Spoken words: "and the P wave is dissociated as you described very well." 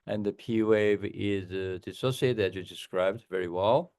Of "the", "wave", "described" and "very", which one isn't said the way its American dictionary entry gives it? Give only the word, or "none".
none